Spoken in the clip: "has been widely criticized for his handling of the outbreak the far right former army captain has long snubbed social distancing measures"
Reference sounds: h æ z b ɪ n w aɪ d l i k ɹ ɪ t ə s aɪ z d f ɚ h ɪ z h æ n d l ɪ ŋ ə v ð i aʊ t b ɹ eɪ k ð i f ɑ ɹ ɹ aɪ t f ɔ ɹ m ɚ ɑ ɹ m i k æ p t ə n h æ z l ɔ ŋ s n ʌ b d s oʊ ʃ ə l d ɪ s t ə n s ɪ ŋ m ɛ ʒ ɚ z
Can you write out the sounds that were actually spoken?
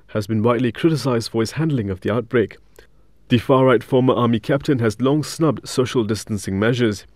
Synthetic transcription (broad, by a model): h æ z b ɪ n w aɪ d l i k ɹ ɪ t ə s aɪ z d f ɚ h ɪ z h æ n d l ɪ ŋ ə v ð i aʊ t b ɹ eɪ k ð i f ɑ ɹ ɹ aɪ t f ɔ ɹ m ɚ ɑ m i k æ p t ə n h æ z l ɔ ŋ s n ʌ b d s oʊ ʃ ə l d ɪ s t ə n s ɪ ŋ m ɛ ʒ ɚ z